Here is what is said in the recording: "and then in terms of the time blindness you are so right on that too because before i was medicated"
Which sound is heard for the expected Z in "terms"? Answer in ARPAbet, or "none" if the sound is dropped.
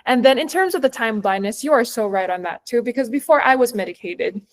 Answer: Z